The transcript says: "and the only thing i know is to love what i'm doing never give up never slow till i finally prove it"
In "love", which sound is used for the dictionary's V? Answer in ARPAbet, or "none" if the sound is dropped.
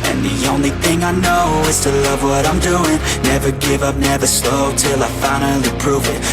V